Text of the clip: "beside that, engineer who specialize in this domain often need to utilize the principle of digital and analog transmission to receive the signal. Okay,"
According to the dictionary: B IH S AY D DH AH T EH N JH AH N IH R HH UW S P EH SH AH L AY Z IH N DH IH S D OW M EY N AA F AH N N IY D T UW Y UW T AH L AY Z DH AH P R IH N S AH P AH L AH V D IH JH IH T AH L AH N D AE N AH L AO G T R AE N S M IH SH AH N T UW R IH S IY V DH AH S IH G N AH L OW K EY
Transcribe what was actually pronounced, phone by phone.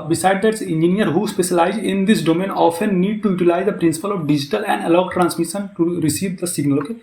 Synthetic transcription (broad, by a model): B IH S AY D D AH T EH N JH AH N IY R HH UW S P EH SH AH L AY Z IH N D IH S D OW M EY N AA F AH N N IY D T UW Y UW T AH L AY Z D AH P R IH N S AH P AH L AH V D IH JH IH T AH L AH N D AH L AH UH T R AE N S M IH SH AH N T UW R IH S IY V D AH S IH G N AH L OW K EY